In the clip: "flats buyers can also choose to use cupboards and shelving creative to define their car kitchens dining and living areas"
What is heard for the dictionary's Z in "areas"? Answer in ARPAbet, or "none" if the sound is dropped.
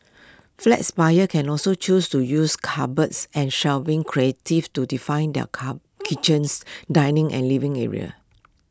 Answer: none